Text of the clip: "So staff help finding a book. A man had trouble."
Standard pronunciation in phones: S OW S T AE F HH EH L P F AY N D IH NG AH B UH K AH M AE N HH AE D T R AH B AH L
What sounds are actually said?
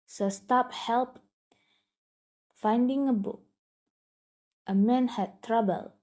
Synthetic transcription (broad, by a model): S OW S T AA P HH EH L P F AY N D IH NG AH B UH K AH M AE N HH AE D T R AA B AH L